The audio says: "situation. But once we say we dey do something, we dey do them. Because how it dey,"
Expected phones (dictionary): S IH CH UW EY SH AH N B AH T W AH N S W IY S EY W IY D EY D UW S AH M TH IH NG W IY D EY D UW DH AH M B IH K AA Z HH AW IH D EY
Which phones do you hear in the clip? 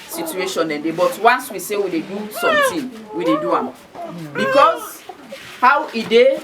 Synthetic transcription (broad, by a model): S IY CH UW EY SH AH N B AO T W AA N S W IY S EY W IY D EY D UW S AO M T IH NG W IY D EY D UW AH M B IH K AA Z HH AW IH D EY